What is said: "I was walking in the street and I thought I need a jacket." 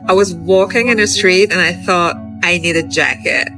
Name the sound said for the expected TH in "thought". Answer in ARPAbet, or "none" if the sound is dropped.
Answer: TH